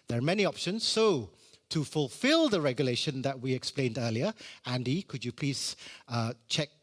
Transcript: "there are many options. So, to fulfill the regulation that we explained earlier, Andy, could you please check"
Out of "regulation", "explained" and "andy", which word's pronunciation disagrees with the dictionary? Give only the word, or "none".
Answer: none